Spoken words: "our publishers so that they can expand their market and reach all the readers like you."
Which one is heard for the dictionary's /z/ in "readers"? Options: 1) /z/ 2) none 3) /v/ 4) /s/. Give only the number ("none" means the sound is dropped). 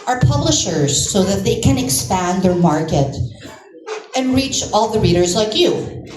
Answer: 1